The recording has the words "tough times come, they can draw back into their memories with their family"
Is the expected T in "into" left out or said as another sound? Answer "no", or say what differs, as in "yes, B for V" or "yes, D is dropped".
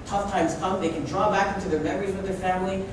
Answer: no